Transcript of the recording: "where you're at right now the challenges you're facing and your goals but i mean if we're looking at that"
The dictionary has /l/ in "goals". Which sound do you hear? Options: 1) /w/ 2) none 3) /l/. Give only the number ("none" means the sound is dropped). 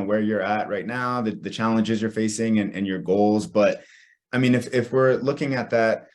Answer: 3